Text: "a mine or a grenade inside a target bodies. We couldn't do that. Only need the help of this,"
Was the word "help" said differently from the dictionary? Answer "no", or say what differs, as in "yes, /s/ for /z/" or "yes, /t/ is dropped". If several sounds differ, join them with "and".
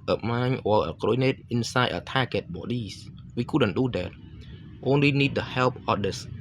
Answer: no